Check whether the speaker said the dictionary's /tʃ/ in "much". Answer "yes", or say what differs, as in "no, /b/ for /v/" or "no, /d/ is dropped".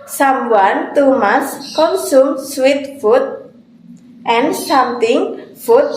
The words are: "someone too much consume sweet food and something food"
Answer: no, /s/ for /tʃ/